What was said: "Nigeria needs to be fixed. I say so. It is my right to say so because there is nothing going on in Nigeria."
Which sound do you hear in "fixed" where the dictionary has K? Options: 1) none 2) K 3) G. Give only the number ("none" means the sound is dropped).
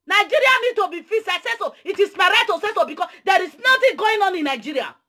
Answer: 1